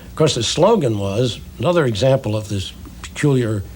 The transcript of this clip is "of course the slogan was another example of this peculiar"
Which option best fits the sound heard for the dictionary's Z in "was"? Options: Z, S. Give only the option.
Z